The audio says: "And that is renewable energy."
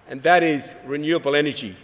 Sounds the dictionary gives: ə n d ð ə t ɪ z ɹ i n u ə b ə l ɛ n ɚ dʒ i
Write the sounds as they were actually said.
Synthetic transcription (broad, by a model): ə n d ð ə t ɪ z ɹ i n u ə b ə l ɛ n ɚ dʒ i